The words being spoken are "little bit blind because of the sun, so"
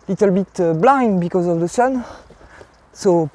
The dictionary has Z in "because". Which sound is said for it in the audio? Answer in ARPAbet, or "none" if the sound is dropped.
Z